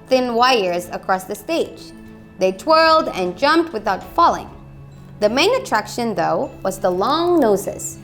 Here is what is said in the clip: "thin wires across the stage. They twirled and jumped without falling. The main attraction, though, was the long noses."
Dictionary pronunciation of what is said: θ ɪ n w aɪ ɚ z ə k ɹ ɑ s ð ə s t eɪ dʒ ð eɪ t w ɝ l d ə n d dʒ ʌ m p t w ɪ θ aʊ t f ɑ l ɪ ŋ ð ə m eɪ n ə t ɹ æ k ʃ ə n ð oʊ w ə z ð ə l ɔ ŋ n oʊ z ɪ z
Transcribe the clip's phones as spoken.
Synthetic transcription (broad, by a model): θ ɪ n w aɪ ɚ z ə k ɹ ɑ s ð ə s t eɪ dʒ ð eɪ t w ɝ l d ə n dʒ ʌ m p t w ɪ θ aʊ t f ɑ l ɪ ŋ ð ə m eɪ n ə t ɹ æ k ʃ ə n ð oʊ w ə z ð ə l ɔ ŋ n oʊ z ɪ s